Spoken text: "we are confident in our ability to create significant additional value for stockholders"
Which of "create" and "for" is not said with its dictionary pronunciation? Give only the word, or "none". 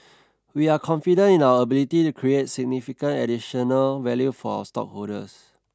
for